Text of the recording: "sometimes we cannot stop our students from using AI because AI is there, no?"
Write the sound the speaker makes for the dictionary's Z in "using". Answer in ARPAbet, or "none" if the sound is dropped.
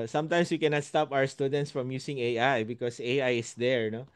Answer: S